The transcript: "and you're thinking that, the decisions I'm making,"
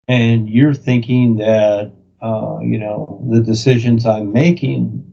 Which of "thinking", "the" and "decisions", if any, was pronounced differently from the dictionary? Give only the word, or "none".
none